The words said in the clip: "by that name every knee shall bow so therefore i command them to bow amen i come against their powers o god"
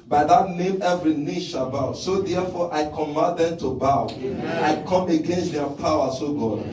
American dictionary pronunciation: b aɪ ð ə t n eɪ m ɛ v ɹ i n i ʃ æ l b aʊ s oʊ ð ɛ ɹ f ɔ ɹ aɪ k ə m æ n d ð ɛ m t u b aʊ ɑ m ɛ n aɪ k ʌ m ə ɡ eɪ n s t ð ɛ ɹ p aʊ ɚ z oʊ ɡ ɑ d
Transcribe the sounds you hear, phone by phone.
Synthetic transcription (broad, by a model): b aɪ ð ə t n eɪ m ɛ v ɹ i n i ʃ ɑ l b aʊ s oʊ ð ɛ f ɔ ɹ aɪ k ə m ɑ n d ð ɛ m t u b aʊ ɑ ʊ aɪ k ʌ m ə ɡ eɪ n s t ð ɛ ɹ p aʊ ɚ s oʊ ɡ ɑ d